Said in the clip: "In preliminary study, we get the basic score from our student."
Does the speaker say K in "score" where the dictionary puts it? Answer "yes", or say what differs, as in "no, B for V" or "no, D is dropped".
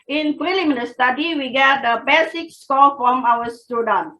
no, K is dropped